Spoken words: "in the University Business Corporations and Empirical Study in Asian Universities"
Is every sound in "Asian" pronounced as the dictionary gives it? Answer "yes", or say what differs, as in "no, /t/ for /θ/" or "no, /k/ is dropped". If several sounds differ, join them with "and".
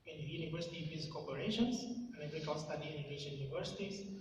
no, /ʃ/ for /ʒ/